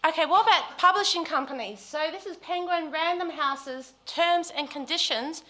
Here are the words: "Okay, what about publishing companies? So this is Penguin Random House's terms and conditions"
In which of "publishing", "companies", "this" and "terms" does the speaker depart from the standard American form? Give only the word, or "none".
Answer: none